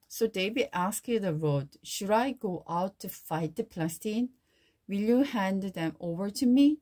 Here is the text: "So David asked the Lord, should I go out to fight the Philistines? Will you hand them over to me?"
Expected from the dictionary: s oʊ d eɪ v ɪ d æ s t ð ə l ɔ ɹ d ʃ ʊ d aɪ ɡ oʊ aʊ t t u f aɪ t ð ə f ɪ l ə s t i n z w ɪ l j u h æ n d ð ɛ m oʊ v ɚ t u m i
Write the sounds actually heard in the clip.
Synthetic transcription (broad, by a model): s oʊ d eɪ b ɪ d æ s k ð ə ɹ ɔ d ʃ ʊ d aɪ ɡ oʊ aʊ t t u f aɪ t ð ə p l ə s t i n w ɪ l j u h æ n d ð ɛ m oʊ v ɚ t u m i